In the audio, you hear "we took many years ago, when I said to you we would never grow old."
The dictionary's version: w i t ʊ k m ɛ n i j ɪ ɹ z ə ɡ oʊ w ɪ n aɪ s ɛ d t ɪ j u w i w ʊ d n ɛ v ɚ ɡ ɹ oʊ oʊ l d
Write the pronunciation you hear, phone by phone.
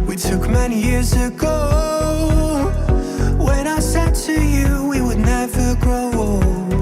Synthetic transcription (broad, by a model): w i t ʊ k m ɛ n i j ɪ ɹ z ə ɡ oʊ w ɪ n aɪ s ɛ d t ɪ j u w i w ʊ d n ɛ v ɚ ɡ oʊ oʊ